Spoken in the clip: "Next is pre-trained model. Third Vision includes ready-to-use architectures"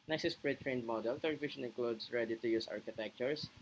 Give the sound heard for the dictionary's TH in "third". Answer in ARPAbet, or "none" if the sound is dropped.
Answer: T